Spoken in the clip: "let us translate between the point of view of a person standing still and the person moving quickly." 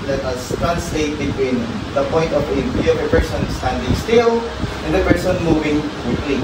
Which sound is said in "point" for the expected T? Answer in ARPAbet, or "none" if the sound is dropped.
T